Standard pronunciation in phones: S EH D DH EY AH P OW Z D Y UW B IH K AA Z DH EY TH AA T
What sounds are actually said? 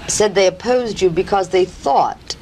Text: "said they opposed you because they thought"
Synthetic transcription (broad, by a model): S EH D DH EY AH P OW Z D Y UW B IH K AA Z DH EY TH AA T